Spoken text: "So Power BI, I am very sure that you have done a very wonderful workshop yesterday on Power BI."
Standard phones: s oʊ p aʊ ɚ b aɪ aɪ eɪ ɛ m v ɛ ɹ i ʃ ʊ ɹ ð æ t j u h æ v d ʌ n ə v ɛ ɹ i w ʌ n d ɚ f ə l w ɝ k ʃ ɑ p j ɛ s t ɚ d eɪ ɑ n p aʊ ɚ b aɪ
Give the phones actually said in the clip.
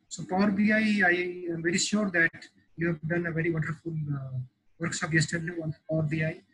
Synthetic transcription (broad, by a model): s oʊ p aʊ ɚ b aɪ aɪ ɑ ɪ m v ɛ ɹ i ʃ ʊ ɹ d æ t j u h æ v d ʌ n ə v ɛ ɹ i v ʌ n d ɚ f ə l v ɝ k s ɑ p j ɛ s t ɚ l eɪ ɑ n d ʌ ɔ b aɪ